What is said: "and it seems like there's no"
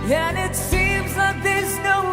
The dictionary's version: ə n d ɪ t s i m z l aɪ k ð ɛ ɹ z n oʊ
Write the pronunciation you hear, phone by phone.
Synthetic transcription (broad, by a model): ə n ɪ t s i m z l aɪ k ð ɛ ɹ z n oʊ